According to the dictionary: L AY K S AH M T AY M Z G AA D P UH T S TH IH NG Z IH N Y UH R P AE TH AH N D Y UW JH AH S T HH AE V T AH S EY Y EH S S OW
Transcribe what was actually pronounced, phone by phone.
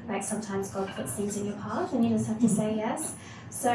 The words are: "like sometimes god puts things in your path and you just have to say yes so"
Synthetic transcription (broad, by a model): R AY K S AH M T AY M Z G AA D P UH T S TH IH NG Z IH N Y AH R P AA T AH N Y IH JH AH S T HH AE F T AH S EY Y EH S S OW